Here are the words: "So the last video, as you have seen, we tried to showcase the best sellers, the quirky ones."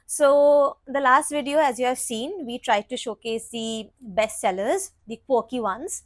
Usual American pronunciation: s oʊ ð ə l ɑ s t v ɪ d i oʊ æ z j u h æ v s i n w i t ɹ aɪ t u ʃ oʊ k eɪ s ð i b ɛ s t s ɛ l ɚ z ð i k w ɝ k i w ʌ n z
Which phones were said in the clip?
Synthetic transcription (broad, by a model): s oʊ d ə l ɑ s t v ɪ d i oʊ æ z j u h æ v s i n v i t ɹ aɪ t u ʃ oʊ k eɪ s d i b ɛ s t s ɛ l ɚ z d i k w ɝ k i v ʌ n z